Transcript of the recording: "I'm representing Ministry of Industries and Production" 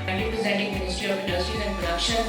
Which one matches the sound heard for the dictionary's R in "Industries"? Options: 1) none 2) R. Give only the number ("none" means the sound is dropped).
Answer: 1